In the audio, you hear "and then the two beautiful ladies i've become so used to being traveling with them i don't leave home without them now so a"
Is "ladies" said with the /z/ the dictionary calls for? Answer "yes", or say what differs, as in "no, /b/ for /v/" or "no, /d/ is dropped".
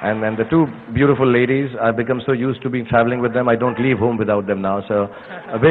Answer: yes